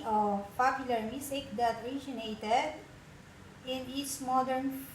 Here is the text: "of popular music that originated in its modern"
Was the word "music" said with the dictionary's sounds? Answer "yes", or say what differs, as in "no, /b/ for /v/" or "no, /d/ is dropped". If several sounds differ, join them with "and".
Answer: no, /s/ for /z/